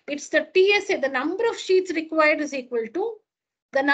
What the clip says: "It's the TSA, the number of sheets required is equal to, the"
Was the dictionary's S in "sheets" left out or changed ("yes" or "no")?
no